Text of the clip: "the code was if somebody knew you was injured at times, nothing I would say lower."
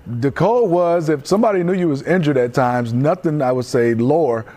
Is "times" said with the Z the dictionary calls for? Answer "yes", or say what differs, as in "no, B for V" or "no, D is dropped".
yes